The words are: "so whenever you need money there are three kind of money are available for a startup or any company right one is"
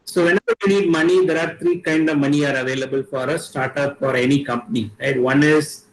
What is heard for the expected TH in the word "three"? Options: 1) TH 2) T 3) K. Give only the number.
2